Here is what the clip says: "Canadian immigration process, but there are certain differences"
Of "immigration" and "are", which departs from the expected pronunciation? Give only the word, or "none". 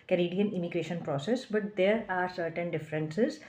none